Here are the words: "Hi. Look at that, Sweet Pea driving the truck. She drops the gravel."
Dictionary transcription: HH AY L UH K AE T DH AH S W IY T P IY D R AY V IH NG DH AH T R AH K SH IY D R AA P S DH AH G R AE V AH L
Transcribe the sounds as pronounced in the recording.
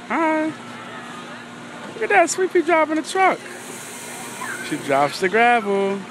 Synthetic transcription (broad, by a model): HH AY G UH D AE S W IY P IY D R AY P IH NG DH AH T R AH K SH IY D R AA P S DH AH G R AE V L